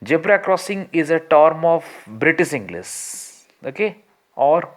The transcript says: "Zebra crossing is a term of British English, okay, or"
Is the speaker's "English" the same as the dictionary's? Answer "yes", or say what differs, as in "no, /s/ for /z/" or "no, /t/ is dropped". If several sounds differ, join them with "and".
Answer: no, /s/ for /ʃ/